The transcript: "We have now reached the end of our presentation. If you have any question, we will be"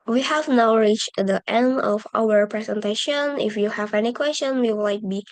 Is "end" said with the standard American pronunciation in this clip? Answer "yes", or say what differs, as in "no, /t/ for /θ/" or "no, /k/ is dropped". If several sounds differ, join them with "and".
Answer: yes